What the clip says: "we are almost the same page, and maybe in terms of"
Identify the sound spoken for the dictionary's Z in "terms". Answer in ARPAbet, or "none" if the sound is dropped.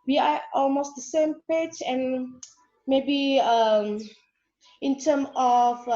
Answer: none